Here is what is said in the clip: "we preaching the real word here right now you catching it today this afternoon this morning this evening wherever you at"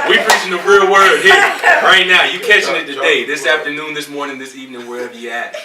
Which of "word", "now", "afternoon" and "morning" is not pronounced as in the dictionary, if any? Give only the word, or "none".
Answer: none